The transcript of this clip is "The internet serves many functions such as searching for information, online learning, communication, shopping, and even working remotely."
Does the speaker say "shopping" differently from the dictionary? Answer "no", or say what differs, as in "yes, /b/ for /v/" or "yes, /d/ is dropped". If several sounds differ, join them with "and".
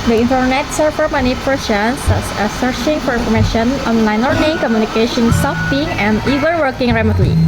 yes, /s/ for /ʃ/